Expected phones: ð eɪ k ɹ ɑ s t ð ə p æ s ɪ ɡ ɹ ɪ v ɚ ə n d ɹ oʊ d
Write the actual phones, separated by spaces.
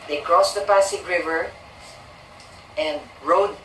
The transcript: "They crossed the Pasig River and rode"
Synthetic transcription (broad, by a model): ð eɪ k ɹ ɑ s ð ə p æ s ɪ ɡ ɹ ɪ v ɚ ə n d ɹ oʊ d